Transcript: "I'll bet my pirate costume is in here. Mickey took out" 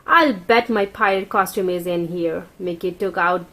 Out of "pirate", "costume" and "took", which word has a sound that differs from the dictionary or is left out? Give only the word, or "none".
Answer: pirate